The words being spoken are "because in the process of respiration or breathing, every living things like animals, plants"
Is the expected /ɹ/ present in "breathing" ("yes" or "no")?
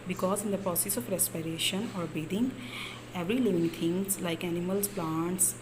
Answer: no